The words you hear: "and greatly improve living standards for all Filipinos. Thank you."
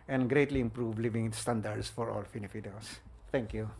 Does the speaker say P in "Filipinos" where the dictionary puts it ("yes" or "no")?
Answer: no